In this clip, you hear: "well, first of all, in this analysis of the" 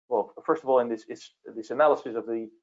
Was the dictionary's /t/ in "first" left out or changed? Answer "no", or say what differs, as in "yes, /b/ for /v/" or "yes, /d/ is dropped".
no